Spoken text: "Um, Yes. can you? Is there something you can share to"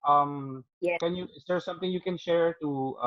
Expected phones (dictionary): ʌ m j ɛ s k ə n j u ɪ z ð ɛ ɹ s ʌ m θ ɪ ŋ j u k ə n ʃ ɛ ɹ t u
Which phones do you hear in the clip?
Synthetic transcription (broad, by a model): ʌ m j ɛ k ə n j u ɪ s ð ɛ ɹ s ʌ m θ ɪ ŋ j u k ə n ʃ ɛ ɹ t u